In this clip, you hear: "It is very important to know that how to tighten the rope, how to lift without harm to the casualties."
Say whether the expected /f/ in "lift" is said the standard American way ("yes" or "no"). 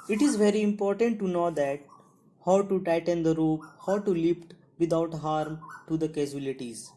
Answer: no